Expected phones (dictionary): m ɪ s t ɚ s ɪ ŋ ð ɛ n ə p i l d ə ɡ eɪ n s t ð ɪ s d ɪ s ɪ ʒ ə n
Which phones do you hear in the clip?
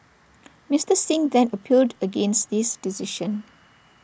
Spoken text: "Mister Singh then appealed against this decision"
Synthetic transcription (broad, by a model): m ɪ s t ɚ s ɪ ŋ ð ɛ n ə p i l d ə ɡ eɪ n s t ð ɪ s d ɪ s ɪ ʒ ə n